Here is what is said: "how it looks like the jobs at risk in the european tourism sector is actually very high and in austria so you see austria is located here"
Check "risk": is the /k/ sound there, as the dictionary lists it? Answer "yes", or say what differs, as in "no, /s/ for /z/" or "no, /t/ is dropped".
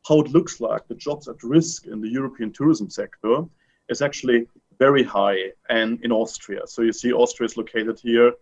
yes